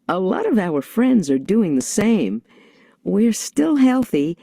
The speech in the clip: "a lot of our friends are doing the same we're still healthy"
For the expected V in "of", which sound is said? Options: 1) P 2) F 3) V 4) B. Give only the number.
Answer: 3